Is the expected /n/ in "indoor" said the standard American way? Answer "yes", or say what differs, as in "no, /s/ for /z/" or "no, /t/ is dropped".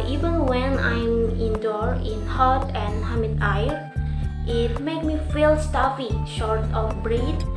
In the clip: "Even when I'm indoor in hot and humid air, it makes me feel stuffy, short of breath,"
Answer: yes